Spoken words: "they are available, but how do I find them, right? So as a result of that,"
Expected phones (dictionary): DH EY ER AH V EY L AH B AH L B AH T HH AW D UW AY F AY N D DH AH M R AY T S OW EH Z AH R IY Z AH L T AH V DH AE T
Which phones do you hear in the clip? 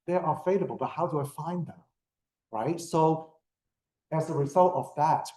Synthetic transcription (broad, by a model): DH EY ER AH F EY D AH B L B AH T HH AW D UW AY F AY N DH AH M R AY T S OW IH Z AH R IY Z AH L T AH V DH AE T